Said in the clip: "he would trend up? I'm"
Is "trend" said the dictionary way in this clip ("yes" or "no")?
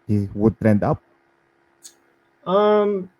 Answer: yes